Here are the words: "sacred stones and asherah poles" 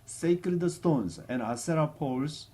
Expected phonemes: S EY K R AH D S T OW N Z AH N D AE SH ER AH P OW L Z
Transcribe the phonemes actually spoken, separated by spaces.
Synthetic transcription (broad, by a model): S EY K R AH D S T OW N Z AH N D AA S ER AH P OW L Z